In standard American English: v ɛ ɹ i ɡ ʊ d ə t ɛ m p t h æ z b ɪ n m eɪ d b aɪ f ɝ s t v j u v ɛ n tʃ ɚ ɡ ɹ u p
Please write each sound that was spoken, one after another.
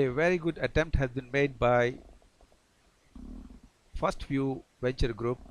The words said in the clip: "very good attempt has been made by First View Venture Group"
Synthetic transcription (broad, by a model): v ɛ ɹ i ɡ ʊ d ə t ɛ m p t h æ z b ɪ n m eɪ d b aɪ f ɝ s t f j u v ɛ n tʃ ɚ ɡ ɹ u p